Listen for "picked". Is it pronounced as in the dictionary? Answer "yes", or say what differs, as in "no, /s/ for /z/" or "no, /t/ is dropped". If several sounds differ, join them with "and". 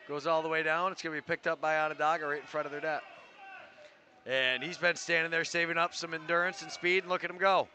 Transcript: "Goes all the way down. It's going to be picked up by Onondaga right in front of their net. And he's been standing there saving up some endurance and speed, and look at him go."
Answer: yes